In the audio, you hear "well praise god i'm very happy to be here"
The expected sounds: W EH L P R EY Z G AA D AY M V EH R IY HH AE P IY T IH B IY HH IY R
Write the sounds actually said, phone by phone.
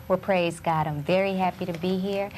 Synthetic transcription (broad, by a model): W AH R P R EY Z G AA D AY M V EH R IY HH AE P IY T IH B IY HH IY R